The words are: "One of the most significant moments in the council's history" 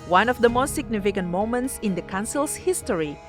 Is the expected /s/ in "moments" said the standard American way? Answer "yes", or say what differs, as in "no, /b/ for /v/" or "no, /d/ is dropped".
yes